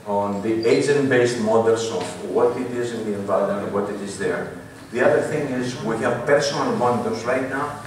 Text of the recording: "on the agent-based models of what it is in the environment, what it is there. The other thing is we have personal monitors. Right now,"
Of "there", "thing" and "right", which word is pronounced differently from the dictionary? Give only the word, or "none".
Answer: none